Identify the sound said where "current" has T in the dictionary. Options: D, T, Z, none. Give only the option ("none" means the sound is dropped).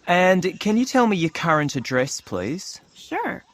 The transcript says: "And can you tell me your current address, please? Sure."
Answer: T